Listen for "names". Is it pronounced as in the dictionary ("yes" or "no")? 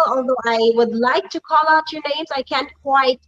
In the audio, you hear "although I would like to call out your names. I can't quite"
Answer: yes